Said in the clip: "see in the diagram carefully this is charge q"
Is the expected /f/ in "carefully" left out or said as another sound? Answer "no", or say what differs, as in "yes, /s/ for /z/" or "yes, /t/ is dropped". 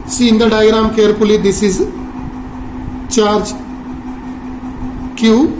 yes, /p/ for /f/